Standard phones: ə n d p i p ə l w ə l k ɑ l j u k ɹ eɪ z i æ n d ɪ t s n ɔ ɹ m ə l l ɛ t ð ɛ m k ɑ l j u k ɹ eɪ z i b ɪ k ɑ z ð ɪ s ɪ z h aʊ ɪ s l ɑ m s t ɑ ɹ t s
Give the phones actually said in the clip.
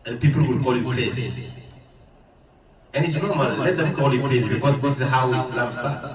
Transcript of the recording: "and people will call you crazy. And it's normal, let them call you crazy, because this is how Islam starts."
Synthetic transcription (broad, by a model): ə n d p i p ə l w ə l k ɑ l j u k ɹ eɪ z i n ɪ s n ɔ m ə n l ɛ t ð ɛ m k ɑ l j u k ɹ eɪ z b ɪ k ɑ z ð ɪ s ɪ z h aʊ ɪ s l ɑ m s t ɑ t